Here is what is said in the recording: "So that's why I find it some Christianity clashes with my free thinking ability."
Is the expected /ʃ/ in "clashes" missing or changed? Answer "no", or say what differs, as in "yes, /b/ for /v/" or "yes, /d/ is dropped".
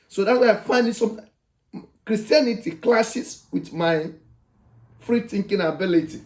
yes, /s/ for /ʃ/